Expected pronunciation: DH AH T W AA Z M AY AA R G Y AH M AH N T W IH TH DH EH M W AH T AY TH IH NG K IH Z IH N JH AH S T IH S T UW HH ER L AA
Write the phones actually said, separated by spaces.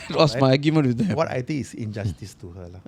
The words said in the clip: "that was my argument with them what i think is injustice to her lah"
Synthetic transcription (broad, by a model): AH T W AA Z M AY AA G Y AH M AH N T W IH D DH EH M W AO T AY T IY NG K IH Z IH N JH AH S T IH S T UW HH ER L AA